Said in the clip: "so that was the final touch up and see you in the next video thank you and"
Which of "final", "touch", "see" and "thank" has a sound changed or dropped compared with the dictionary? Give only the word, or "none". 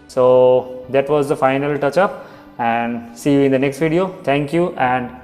thank